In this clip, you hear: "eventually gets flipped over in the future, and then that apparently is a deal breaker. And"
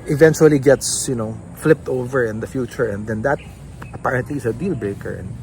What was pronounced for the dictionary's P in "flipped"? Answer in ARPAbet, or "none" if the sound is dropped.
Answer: P